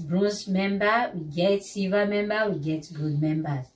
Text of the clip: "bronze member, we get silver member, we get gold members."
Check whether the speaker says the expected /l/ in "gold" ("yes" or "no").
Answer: no